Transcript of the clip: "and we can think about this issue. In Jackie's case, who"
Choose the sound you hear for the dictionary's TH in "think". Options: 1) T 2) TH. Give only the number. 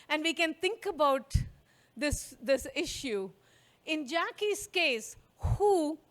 1